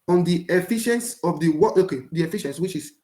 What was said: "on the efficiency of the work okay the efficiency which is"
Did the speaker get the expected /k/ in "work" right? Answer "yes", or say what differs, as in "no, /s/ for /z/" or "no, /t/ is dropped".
no, /k/ is dropped